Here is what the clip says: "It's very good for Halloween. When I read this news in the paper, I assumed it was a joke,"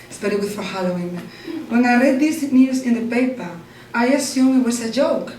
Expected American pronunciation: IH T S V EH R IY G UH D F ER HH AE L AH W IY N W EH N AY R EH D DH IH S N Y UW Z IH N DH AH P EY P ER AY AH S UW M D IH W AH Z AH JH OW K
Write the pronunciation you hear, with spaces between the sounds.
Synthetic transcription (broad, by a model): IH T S B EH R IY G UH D F ER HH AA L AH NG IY W EH N AY R EH D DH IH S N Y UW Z IH N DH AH P EY P ER AY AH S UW M IH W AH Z AH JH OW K